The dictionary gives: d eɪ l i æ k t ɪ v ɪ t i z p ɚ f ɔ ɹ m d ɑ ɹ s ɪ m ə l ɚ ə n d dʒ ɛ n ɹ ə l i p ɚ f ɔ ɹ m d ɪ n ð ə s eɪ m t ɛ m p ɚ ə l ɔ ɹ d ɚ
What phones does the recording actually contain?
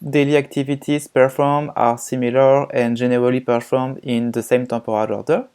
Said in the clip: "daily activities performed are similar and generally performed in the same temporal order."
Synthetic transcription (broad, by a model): d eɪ l i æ k t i v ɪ t i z p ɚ f ɔ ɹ m ɑ ɹ s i m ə l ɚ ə n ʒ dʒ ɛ n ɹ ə l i p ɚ f ɔ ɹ m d ɪ n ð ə s eɪ m t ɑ p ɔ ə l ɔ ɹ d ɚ